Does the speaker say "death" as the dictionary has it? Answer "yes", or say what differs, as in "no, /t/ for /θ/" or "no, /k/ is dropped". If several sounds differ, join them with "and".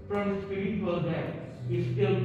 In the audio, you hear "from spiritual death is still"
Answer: no, /t/ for /θ/